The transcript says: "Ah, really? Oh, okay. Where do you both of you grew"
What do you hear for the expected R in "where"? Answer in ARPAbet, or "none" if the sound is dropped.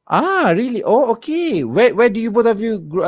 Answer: W